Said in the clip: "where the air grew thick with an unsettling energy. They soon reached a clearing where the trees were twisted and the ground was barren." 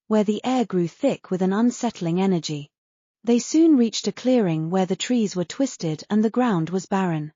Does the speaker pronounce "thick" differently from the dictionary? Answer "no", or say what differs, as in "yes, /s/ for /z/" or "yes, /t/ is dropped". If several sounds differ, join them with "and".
no